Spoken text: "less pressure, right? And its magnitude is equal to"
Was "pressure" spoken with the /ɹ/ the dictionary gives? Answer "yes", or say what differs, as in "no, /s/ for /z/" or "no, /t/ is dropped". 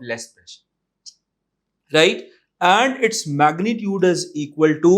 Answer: no, /ɹ/ is dropped